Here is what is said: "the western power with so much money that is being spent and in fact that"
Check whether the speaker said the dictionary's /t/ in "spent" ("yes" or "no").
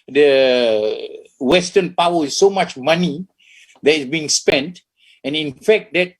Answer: yes